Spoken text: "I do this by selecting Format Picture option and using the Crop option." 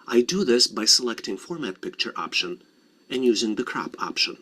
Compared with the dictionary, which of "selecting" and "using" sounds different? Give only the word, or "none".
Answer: none